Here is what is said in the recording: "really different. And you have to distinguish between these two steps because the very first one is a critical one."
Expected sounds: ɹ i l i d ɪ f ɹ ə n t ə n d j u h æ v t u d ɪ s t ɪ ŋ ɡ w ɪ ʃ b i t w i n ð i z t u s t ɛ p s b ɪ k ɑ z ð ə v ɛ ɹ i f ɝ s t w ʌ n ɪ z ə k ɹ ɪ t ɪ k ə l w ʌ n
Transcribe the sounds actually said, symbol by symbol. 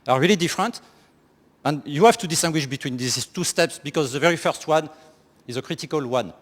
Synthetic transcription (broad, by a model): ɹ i l i d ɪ f ɹ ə n t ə n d j u h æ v t u d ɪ s t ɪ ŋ ɡ w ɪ ʃ b i t w i n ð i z t u s t ɛ p s b ɪ k ɑ z ð ə v ɛ ɹ i f ɝ s t w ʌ n ɪ z ə k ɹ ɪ t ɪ k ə l w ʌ n